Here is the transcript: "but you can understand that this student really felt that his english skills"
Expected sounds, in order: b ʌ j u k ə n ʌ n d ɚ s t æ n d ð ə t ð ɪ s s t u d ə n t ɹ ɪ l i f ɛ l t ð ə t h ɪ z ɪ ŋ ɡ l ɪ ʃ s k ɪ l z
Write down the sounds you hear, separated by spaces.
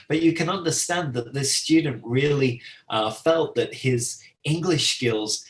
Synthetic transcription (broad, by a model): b ʌ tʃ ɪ k ə n ʌ n d ɚ s t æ n ð ə t ð ɪ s s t u d n t ɹ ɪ l i f ɛ l t ð ə t h ɪ z ɪ ŋ ɡ l ɪ ʃ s k ɪ l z